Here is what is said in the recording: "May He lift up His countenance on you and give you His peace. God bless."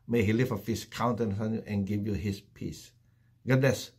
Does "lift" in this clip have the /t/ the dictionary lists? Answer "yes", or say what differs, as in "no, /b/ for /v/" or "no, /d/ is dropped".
no, /t/ is dropped